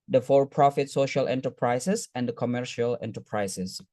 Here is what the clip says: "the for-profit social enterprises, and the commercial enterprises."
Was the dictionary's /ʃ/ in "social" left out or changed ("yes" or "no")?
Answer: no